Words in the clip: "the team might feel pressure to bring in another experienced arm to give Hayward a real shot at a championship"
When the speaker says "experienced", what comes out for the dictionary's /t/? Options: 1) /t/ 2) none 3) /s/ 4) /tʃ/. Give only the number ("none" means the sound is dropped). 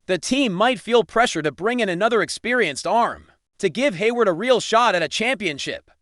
1